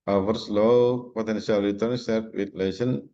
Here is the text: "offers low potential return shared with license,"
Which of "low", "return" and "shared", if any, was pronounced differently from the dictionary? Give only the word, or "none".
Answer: shared